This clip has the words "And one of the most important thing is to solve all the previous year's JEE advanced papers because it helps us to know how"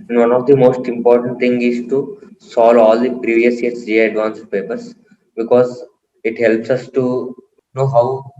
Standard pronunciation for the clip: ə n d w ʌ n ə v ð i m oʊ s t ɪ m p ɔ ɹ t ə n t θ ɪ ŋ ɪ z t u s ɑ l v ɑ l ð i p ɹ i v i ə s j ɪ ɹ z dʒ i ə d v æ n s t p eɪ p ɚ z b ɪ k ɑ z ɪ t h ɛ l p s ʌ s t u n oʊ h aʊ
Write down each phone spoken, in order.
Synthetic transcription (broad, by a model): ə n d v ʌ n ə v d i m oʊ s t ɪ m p ɔ ɹ t ə n t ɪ ŋ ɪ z t u s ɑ l ɑ l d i p ɹ i v i ə s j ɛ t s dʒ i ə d v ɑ n s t p eɪ p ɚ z b ɪ k ɑ z ɪ t h ɛ l p s ʌ s t u n oʊ h aʊ